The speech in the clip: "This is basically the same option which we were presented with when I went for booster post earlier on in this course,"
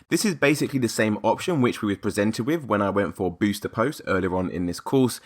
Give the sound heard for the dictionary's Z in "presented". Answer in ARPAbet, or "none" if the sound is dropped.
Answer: Z